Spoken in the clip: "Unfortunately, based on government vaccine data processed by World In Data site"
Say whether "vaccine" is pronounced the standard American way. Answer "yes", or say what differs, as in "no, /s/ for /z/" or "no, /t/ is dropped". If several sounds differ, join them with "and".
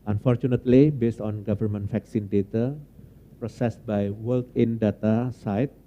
no, /f/ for /v/